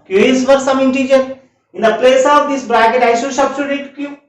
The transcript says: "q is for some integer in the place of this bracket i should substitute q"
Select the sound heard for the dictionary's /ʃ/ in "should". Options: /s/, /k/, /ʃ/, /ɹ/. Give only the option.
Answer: /s/